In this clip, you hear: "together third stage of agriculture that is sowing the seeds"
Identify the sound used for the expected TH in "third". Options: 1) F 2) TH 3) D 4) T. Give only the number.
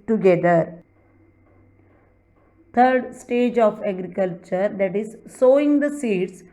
4